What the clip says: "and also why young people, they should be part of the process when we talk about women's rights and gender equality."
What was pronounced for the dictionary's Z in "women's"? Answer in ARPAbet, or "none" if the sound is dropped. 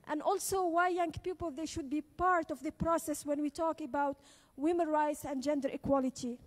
none